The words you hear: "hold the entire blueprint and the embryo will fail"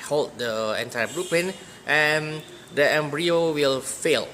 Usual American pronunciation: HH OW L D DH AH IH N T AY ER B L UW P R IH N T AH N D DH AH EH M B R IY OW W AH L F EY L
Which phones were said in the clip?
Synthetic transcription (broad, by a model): HH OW L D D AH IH N T AY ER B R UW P IH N T AH N D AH EH M B R IY OW W AH L F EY L